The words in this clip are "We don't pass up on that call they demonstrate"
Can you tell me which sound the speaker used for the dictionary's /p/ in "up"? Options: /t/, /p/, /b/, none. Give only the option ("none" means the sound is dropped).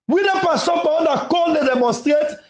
/b/